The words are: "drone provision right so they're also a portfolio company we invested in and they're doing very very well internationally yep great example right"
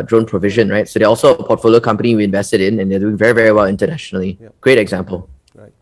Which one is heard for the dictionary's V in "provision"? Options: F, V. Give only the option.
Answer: V